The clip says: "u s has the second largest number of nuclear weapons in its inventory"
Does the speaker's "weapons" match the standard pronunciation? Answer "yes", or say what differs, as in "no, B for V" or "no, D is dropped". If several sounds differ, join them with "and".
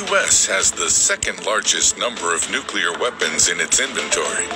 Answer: yes